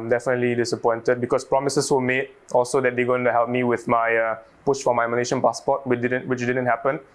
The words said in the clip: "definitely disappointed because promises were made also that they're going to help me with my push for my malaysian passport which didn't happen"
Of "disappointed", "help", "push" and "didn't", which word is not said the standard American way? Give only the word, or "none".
push